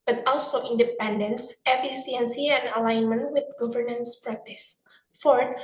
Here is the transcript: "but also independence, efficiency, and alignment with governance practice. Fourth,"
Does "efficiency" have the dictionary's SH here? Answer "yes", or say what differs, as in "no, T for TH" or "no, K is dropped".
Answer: no, S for SH